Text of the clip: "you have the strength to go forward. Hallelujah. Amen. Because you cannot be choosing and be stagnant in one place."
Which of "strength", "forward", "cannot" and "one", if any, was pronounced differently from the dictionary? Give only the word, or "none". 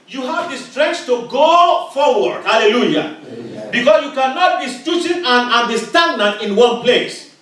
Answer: strength